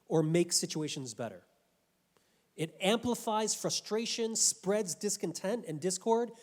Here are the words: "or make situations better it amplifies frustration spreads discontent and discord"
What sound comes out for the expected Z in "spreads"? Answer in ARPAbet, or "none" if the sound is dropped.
Z